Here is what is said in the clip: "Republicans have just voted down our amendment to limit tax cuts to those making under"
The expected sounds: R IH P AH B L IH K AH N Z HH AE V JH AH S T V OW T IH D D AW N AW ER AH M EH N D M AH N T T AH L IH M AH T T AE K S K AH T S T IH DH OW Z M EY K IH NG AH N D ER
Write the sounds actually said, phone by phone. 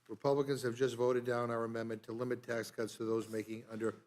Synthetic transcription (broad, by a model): R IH P AH B L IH K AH N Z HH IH V JH AH S T V OW T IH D D AW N AW ER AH M EH N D M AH N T T AH L IH M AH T T AE K S K AH T S T IH DH OW Z M EY K IH NG AH N D ER